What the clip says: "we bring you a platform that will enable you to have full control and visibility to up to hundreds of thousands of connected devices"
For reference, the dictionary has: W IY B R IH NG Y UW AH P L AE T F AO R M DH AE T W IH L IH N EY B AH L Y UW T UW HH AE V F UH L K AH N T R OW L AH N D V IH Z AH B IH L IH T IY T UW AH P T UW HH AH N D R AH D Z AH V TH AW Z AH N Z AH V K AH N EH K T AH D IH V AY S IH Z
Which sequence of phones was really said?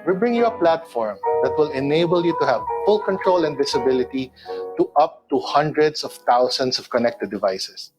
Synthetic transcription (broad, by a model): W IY B R IH NG Y UW AH P L AE T F AO R M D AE T W IH L IH N EY B AH L Y UW T UW HH AE V F UH L K AH N T R OW L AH N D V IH S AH B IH L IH T IY T UW AH P T UW HH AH N D R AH D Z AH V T AW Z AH N S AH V K AH N EH K T AH D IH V AY S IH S